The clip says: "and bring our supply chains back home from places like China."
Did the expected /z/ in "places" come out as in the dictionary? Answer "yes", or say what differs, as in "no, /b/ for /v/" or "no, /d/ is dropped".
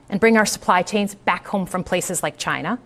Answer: yes